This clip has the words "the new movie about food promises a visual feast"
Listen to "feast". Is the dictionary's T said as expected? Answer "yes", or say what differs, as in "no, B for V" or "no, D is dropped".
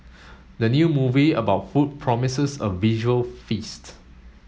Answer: yes